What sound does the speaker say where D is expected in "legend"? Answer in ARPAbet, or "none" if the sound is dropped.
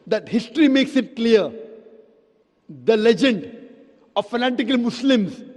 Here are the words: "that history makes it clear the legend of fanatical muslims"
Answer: D